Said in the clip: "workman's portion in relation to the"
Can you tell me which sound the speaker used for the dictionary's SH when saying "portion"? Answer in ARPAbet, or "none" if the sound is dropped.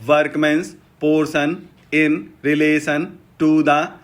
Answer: S